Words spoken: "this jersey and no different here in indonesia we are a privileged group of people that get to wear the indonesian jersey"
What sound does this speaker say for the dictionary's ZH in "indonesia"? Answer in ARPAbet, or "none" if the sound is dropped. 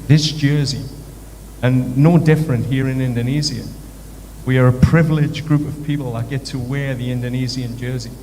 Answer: Z